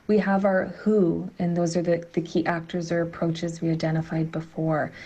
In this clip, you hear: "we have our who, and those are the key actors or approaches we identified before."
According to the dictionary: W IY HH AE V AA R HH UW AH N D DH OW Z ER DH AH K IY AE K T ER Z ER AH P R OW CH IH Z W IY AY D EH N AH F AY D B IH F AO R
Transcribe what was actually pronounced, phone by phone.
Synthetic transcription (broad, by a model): W IY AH V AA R HH UW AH N DH OW Z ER DH AH K IY AE K T ER Z ER AH P R OW CH IH Z W IY AY D EH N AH F AY D B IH F AO R